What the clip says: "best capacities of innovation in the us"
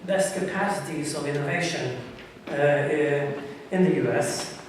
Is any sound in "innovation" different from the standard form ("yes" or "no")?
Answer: no